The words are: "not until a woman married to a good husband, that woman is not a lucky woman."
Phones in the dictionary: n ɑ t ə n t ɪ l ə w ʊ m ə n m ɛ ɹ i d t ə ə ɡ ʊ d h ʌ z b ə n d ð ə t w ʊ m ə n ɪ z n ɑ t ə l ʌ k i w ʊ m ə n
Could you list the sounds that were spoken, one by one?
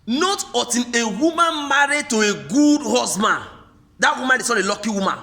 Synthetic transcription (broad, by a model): n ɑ t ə t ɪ n ə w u m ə n m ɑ ɹ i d t ə ə ɡ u d h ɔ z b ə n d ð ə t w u m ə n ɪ s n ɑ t ə l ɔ k i w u m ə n